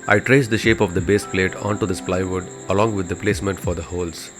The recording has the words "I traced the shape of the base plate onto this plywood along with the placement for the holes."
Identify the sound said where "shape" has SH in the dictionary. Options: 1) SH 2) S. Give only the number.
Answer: 1